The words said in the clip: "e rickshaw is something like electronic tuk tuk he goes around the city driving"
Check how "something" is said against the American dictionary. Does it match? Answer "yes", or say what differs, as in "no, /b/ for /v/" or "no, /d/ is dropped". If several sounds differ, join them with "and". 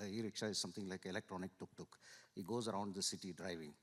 no, /t/ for /θ/